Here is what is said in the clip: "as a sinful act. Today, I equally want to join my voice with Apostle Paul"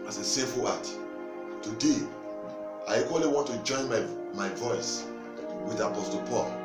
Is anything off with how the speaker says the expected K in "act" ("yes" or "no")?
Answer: yes